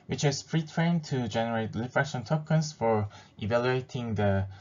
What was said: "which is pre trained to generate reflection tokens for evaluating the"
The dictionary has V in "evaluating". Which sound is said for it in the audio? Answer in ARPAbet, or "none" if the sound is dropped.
V